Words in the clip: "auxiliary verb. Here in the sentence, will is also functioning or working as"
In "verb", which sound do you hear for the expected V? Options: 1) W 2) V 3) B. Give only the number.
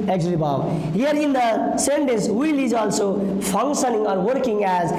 3